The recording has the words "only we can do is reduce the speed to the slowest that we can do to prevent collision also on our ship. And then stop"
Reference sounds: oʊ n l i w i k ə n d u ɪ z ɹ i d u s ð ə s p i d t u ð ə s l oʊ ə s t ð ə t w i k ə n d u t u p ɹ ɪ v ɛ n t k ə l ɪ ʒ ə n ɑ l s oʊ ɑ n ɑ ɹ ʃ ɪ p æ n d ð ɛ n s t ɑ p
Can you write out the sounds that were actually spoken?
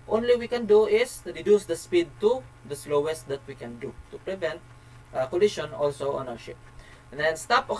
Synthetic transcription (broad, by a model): oʊ n l i w i k ə n d u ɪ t ɹ i d u s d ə s p i d t u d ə s l oʊ ə s t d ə t w i k ə n d u t u p ɹ ɪ v ɛ n t k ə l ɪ ʃ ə n ɑ l s oʊ ɑ n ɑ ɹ ʃ ɪ p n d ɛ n s t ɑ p